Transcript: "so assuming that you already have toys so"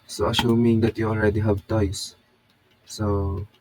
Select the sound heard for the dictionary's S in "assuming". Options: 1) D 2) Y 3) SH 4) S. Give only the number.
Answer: 3